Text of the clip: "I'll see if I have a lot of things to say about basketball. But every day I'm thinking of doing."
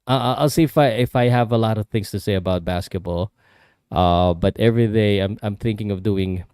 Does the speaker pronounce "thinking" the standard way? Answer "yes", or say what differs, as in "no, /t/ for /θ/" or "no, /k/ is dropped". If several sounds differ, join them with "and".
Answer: yes